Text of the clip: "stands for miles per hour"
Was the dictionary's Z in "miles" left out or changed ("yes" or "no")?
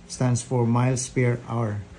yes